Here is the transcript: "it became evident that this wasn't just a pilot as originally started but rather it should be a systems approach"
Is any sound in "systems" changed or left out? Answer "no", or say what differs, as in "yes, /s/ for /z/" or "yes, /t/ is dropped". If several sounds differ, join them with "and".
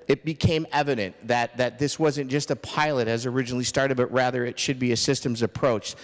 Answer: no